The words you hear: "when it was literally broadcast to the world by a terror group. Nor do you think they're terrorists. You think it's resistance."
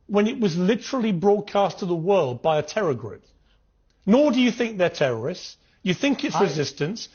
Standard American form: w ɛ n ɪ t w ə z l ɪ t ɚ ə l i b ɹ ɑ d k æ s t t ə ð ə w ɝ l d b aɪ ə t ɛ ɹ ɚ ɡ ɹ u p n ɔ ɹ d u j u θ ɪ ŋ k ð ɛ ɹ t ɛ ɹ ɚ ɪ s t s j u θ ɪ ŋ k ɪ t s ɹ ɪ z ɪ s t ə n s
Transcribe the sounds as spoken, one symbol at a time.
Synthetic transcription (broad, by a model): w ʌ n ɪ t w ə z l ɪ t ɚ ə l i b ɹ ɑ d k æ s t t ə ð ə w ɝ l d b aɪ ə t ɛ ɹ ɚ ɡ ɹ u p n ɔ ɹ d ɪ j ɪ θ ɪ ŋ k ð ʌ ɹ t ɛ ɹ ɚ ɪ s t s j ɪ θ ɪ ŋ k ɪ t s ɹ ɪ z ɪ s t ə n s